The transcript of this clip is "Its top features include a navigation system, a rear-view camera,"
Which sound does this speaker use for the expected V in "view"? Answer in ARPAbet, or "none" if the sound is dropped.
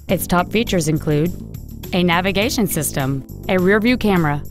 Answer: V